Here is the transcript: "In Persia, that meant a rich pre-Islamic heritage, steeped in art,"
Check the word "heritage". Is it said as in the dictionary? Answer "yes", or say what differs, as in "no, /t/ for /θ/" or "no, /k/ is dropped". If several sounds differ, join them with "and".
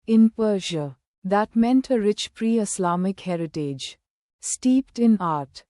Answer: yes